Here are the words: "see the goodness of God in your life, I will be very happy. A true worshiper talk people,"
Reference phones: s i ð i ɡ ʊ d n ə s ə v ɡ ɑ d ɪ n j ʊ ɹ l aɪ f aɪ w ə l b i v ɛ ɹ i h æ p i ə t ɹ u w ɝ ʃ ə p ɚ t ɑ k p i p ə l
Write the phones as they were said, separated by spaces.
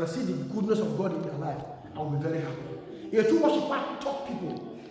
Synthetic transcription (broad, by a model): s i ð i ɡ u d n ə s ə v ɡ ɑ d ɪ n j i l aɪ f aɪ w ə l b i v ɛ ɹ i h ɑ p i ə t u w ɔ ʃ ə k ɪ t ɑ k p i p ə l